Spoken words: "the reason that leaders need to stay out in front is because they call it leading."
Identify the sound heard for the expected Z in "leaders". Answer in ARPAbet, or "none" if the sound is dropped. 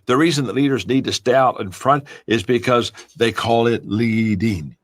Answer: Z